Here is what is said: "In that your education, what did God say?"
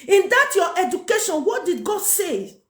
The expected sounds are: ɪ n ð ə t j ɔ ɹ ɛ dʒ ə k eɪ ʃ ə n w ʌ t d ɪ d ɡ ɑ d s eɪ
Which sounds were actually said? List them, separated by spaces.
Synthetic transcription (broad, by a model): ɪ n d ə t j ɔ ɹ ɛ dʒ ə k eɪ ʃ ə n w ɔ t d ɪ d ɡ ɑ d s eɪ